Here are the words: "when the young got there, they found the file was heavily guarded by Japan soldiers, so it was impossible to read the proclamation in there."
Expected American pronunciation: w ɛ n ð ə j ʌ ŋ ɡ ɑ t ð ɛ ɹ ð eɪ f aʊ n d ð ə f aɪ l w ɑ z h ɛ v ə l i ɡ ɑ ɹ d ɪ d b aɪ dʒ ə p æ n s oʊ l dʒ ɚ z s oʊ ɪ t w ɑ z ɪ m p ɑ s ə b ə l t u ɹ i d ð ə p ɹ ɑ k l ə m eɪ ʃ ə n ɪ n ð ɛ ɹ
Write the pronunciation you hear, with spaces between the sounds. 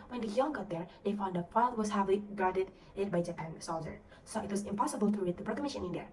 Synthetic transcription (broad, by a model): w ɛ n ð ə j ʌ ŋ ɡ ɑ t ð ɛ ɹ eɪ f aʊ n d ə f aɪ l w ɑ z h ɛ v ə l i ɡ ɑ ɹ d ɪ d b aɪ dʒ ə p æ n s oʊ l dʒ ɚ s oʊ ɪ t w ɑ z ɪ m p ɑ s ə b ə l t u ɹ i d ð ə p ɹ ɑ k ə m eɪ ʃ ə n ɪ n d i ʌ